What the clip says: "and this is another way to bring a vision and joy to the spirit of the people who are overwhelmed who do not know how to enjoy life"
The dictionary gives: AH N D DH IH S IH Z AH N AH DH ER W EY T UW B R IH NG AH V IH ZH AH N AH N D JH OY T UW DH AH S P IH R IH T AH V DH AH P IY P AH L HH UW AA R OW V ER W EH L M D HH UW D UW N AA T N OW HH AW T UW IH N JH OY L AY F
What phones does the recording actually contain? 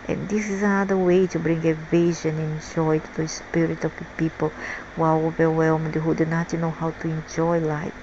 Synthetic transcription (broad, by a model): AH N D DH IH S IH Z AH N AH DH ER W EY T UW B R IH NG AH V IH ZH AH N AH N JH OY T UW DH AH S P IH R IH T AH V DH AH P IY P AH L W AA L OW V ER W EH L M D HH UW D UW N AA T N OW HH AW T UW IH N JH OY L AY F